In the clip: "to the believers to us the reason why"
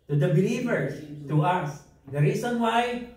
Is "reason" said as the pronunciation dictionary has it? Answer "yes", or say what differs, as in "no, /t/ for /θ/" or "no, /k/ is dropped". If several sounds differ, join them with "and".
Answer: no, /s/ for /z/